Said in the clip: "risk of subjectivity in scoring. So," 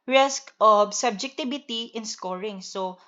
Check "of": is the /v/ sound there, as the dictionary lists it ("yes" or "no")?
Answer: no